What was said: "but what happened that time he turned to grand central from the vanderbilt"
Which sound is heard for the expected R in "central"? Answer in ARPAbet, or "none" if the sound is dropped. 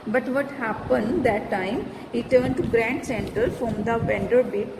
none